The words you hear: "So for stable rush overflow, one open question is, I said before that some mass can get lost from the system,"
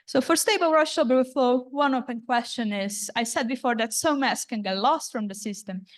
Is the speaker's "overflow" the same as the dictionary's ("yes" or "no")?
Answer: no